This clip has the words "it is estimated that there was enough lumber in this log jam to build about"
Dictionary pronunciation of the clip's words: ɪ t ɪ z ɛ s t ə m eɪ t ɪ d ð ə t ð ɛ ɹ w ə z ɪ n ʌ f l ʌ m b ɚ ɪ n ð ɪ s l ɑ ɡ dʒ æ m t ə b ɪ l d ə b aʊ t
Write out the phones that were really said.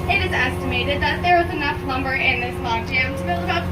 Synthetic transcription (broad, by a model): ɪ t ɪ z ɛ s t ə m eɪ t ɪ d ð ə t ð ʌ ɹ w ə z ɪ n ʌ f n ʌ m b ɚ ɪ n ð ɪ s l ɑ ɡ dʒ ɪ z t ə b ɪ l ə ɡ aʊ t